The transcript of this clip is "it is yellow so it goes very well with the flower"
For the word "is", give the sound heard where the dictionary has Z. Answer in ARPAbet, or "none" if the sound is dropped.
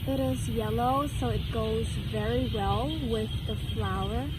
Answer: Z